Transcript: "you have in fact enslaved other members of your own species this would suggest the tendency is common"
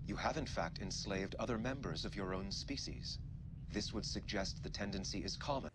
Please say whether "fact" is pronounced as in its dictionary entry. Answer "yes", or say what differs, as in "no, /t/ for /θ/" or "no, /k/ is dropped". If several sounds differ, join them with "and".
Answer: yes